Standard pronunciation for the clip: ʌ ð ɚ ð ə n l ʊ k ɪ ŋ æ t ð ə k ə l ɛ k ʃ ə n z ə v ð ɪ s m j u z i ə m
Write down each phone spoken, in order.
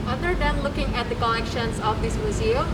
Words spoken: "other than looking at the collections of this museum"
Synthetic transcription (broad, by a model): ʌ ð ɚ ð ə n l ʊ k ɪ ŋ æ t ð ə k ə n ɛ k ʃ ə n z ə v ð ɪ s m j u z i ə